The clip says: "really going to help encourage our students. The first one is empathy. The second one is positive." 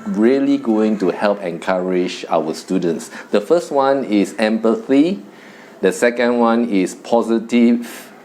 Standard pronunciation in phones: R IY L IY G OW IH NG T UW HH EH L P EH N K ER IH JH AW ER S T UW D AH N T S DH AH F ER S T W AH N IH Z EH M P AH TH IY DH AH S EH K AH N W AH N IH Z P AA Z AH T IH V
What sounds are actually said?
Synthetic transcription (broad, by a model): R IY L IY G OW IH NG T UW HH EH L P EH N K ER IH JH AW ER S T UW D AH N T S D AH F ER S T W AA N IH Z EH M P AH TH IY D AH S EH K AH N W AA N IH S P AA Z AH T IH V